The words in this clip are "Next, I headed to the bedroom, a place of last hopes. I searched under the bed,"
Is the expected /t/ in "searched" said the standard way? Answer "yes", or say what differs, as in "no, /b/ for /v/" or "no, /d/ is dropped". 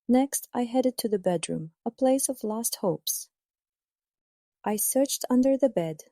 yes